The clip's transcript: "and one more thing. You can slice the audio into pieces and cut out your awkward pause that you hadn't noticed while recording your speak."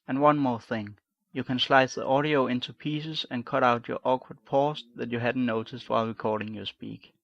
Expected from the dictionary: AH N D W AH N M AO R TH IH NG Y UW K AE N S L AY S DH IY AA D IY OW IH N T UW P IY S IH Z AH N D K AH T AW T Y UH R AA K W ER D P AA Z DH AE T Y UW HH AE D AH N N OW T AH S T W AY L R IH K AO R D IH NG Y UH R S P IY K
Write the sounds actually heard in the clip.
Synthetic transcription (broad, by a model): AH N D W AH N M AO R TH IH NG Y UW K AE N S L AY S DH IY AA D IY OW IH N T UW P IY S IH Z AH N K AH T AW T Y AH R AA K W ER D P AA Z DH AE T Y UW HH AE D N N OW T AH S T W AY L R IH K AO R D IH NG Y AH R S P IY K